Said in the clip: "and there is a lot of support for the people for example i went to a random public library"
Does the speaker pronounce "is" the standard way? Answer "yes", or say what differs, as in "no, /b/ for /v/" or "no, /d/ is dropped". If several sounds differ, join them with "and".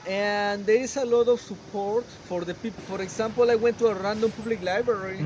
no, /s/ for /z/